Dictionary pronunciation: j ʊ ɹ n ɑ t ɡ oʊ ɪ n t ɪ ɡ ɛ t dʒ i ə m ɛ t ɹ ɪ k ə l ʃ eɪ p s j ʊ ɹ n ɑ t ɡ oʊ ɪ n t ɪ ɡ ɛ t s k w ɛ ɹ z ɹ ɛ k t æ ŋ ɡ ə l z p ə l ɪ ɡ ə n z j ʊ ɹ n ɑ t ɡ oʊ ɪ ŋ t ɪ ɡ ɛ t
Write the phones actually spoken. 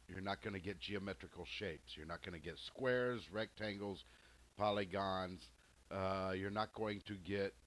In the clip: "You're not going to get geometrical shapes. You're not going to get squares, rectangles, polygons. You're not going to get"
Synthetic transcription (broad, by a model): j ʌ ɹ n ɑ t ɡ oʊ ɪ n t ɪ ɡ ɛ t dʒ i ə m ɛ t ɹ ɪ k l ʃ eɪ p s j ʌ ɹ n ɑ t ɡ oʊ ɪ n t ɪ ɡ ɛ t s k w ɛ ɹ z ɹ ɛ k t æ ŋ ɡ l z p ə l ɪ ɡ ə n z j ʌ ɹ n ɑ t ɡ oʊ ɪ ŋ t ɪ ɡ ɛ t